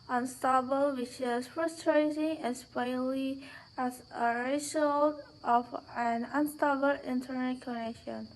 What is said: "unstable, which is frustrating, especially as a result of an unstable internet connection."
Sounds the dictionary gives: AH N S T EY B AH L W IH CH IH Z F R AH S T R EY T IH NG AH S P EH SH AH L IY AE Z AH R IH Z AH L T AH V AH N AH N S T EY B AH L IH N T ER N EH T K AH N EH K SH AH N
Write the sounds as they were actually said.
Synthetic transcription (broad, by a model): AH N S T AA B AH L W IH CH IH Z F R AH S T R EY T IH NG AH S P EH AH L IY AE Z AH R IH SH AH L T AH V AH N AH N S T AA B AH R IH N T ER N EH T K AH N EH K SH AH N